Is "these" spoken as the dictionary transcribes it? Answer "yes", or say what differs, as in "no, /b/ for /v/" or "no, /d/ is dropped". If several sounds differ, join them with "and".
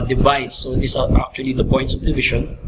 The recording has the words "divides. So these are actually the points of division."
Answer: no, /s/ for /z/